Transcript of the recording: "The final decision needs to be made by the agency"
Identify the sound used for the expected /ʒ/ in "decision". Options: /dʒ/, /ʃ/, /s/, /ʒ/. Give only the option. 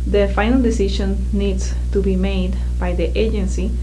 /ʃ/